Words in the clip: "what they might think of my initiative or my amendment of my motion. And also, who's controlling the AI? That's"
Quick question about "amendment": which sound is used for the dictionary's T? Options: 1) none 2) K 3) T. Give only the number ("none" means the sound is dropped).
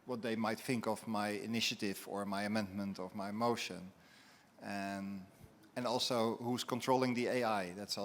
3